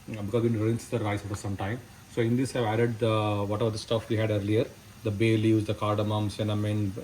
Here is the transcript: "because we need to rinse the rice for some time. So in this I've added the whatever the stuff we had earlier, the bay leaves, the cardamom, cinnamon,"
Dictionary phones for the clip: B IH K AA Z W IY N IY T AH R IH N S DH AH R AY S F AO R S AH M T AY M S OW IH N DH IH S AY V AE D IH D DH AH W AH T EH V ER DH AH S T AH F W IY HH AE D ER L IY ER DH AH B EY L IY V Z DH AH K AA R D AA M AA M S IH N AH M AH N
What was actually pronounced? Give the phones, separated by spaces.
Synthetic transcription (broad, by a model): B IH K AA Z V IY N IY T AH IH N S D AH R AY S F AO R S AH M T AY M S OW IH N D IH S AY V AE D IH D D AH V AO T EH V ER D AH S T AH F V IY HH AE D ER L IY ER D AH B EY L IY Z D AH K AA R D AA M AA M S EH N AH M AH N